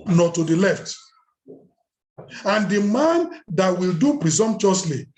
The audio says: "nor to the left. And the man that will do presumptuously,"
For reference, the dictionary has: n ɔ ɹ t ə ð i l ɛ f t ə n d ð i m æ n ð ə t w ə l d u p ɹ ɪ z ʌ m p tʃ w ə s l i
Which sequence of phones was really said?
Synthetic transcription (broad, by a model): n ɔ t ə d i l ɛ f t ə n d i m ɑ n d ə t w ə l d u p ɹ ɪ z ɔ m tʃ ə s l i